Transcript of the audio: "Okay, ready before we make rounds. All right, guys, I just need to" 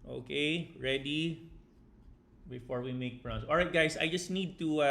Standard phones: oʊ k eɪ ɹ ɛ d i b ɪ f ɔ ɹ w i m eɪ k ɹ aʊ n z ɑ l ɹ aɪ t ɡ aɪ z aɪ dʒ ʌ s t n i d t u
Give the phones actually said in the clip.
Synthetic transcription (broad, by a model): oʊ k eɪ ɹ ɛ d i b ɪ f ɔ ɹ w i m eɪ k ɹ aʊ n s ɑ l ɹ aɪ t ɡ aɪ s aɪ dʒ ʌ s t n i d t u